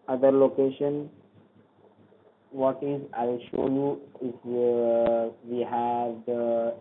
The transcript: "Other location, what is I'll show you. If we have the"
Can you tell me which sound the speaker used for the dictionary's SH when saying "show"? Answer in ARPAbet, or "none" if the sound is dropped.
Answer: SH